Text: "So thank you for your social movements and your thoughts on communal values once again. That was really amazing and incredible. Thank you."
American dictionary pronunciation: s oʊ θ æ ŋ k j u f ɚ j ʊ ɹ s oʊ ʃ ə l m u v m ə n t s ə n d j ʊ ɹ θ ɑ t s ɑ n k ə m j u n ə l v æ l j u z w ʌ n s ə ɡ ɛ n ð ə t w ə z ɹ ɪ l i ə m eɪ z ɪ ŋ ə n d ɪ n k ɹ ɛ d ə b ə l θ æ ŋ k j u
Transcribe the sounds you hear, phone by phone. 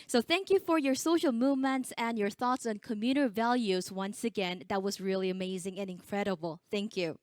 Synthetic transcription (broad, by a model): s oʊ θ æ ŋ k j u f ɚ j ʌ ɹ s oʊ ʃ l m u v m ə n t s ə n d j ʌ ɹ θ ɑ t s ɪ n k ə m j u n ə v æ l j u z w ʌ n s ə ɡ ɛ n ð ə t w ə z ɹ ɪ l i ə m eɪ z ɪ ŋ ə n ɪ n k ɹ ɛ d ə b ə l θ æ ŋ k j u